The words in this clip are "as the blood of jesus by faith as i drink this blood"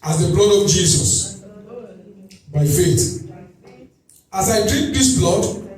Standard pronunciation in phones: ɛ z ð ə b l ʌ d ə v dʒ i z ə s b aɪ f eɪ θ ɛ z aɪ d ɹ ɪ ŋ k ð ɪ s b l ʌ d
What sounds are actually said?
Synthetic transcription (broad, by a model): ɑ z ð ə b l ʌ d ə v dʒ i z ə s b aɪ f eɪ t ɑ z aɪ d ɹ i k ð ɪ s b l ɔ d